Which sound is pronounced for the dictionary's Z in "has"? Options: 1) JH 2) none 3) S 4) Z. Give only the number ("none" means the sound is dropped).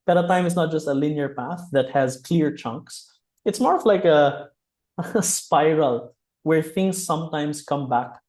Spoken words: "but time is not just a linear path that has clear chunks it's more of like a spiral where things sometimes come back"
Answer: 4